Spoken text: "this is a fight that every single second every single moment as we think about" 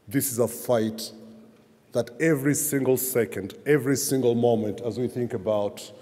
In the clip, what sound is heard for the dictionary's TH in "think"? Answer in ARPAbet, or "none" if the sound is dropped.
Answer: TH